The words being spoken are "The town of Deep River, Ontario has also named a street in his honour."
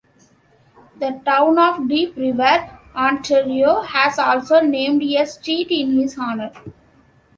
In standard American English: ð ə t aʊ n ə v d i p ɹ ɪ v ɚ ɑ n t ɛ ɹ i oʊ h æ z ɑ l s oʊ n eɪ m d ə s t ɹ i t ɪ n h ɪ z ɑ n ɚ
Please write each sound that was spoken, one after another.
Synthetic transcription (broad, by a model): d ə t aʊ n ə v d i p ɹ ɪ v ɚ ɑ n t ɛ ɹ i oʊ h æ z ɑ l s oʊ n eɪ m d ə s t i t ɪ n h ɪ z ɑ n ɚ